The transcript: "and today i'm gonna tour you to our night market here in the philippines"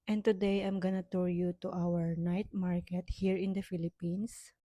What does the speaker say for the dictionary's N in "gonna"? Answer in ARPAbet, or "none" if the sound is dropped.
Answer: N